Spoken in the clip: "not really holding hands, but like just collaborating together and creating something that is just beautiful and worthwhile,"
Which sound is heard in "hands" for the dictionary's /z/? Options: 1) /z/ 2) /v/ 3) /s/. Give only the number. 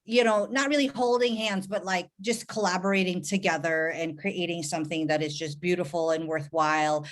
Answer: 1